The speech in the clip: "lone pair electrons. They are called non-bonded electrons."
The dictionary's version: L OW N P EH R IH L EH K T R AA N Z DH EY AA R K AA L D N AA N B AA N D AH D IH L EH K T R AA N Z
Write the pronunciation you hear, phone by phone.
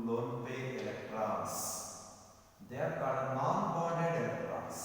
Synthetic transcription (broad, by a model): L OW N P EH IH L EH K T R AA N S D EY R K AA D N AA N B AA D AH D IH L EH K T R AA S